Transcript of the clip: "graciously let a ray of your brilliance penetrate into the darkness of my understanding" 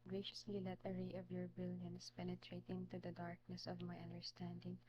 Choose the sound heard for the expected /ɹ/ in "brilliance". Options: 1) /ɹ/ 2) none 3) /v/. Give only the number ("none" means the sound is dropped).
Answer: 2